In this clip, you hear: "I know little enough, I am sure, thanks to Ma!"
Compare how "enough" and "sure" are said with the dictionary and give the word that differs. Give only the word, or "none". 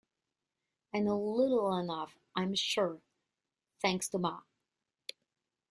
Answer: none